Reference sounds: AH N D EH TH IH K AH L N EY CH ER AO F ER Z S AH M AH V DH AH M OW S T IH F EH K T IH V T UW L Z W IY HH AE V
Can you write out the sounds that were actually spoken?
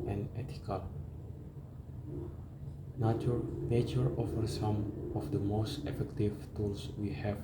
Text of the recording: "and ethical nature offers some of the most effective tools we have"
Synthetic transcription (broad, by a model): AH N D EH T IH K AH L N EY CH ER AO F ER S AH M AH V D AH M OW S T IH F EH K T IH V T UW L S W IY HH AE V